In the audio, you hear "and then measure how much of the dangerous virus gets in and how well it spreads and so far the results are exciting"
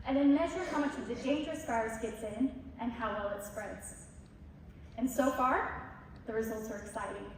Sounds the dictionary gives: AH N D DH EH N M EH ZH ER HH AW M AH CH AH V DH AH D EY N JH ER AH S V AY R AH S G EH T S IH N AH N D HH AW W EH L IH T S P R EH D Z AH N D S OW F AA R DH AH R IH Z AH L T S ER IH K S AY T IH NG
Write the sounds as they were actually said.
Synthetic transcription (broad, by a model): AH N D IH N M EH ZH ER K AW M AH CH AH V DH AH D EY N JH ER AH S F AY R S G EH T S IH N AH N HH AW W EH L IH T S P R EH D Z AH N S OW F AA R DH AH R IH Z AH L T S ER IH K S AY T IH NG